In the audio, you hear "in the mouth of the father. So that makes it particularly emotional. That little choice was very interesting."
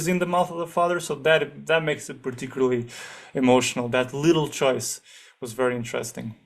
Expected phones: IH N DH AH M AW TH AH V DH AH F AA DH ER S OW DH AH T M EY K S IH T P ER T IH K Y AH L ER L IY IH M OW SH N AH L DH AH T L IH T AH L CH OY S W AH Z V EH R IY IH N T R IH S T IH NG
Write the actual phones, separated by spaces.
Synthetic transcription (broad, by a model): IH N DH AH M AW TH AH V DH AH F AA DH ER S OW DH AH T M EY K S IH T P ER T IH K Y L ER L IY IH M OW SH N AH L DH AH T L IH T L CH OY S W AH Z V EH R IY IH N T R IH S T IH NG